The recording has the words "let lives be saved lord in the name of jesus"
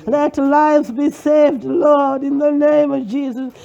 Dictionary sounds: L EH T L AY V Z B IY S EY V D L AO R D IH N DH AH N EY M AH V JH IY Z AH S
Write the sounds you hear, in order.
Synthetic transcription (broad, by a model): L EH T L AY V Z B IY S EY V D L AO R D IH N DH AH N EY M AH V JH IY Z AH S